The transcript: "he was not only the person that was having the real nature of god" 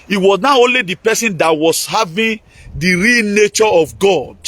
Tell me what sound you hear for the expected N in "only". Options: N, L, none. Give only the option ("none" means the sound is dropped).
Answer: N